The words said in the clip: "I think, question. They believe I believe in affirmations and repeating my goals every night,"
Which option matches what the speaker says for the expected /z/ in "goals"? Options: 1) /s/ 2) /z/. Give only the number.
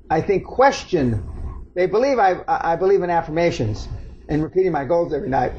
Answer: 2